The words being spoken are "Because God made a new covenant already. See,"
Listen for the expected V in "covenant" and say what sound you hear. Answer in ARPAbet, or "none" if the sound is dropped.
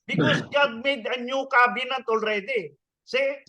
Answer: B